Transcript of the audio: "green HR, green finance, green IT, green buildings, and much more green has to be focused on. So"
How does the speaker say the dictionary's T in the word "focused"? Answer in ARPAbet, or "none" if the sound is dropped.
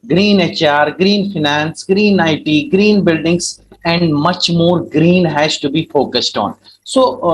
T